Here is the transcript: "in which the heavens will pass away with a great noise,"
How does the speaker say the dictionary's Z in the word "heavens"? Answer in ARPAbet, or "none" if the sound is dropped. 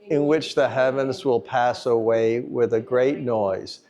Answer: Z